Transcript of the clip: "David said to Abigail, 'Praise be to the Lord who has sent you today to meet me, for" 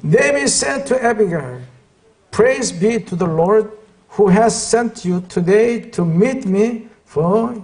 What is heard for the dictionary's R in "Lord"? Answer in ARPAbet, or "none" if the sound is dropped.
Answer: R